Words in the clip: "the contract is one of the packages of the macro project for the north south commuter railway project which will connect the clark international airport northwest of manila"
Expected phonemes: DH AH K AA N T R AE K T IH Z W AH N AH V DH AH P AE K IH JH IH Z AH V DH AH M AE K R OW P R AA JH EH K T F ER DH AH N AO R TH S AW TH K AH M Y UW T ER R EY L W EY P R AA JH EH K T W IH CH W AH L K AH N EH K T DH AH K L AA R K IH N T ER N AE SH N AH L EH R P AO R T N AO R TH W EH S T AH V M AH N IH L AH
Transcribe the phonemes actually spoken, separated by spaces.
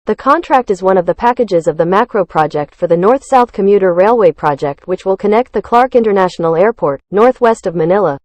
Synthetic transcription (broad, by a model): DH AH K AA N T R AE K T IH Z W AH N AH V DH AH P AE K IH JH IH Z AH V DH AH M AE K R OW P R AA JH EH K T F ER DH AH N AO R TH S AW TH K AH M Y UW T ER R EY L W EY P R AA JH EH K T W IH CH W AH L K AH N EH K T DH AH K L AA R K IH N T ER N AE SH N L EH R P AO R T N AO R TH W EH S T AH V M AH N IH L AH